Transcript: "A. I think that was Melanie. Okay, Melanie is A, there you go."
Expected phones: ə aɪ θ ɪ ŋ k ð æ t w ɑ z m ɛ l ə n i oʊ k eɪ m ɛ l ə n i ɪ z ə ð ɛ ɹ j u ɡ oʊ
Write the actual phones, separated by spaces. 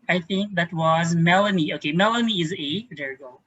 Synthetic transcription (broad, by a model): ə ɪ θ ɪ ŋ k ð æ t w ɑ z m ɛ l ə n i oʊ k eɪ m ɛ l ə n i ɪ z ə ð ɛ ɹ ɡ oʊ